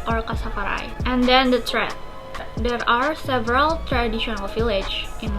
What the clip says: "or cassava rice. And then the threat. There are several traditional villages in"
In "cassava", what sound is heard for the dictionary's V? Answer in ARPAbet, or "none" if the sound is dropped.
P